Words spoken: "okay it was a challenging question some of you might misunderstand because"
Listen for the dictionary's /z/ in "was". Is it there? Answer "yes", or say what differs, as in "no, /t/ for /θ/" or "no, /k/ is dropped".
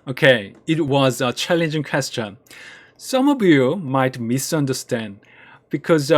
yes